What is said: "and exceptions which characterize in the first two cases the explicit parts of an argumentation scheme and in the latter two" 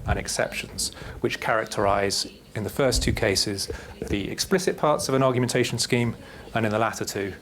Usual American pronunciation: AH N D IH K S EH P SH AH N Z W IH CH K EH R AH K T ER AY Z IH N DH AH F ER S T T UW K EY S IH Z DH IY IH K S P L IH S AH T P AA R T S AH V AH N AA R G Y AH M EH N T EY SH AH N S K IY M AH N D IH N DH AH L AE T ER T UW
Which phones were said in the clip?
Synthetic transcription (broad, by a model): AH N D IH K S EH P SH AH N Z W IH CH K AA R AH K T ER AY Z IH N DH AH F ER S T T UW K EY S IH Z DH IY IH K S P L IH S AH T P AA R T S AH V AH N AA G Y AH M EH N T EY SH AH N S K IY M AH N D IH N DH AH L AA T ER T UW